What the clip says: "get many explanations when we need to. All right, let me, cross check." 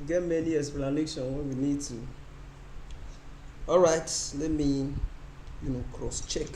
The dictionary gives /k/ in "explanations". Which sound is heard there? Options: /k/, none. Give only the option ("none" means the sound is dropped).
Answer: none